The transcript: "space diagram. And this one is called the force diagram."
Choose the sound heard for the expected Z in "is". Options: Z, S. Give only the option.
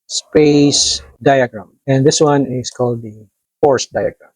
S